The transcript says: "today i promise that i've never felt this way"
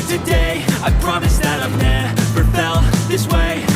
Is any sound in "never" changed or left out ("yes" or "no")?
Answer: yes